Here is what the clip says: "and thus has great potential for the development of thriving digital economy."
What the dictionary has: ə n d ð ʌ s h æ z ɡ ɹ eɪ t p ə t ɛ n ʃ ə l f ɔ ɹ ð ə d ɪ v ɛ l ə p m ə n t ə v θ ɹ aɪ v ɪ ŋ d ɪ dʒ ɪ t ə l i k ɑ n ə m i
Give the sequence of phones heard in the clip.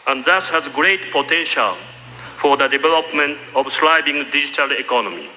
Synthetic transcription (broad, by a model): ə n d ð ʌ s h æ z ɡ ɹ eɪ t p ə t ɛ n ʃ ə l f ɔ ɹ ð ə d ɪ v ɛ l ə p m ə n t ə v s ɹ aɪ b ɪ ŋ d ɪ dʒ ɪ t ə l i k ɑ n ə m i